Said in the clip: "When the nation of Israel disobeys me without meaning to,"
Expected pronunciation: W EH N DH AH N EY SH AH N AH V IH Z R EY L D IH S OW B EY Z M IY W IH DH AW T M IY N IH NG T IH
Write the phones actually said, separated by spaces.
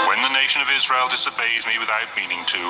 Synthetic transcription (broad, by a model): W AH N DH AH N EY SH AH N AH V IH Z R EY L D IH S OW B EY Z M IY W IH DH AW T M IY N IH NG T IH